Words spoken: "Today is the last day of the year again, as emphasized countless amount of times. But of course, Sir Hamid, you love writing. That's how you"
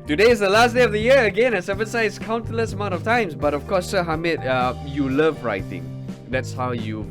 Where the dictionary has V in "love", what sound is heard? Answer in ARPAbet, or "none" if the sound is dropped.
V